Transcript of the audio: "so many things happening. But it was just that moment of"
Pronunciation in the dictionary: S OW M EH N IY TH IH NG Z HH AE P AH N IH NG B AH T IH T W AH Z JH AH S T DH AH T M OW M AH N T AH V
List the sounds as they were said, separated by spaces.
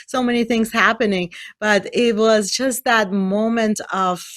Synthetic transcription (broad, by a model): S OW M EH N IY TH IH NG Z HH AE P AH N IH NG B AH T IH T W AH Z JH AH S T DH AH T M OW M AH N T AH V